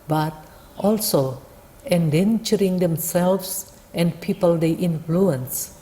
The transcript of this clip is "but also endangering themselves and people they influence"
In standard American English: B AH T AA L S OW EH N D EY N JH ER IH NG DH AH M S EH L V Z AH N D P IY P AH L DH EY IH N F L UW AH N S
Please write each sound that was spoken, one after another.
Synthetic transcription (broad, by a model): B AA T AA L S OW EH N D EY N CH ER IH NG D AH M S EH L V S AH N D P IY P AH L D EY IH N F L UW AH N S